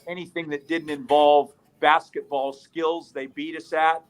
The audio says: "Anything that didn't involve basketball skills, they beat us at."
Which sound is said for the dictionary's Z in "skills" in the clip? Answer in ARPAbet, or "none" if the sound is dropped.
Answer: Z